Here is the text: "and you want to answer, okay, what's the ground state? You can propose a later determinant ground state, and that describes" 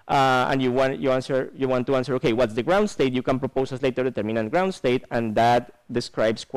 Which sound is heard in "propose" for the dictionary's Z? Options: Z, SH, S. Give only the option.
S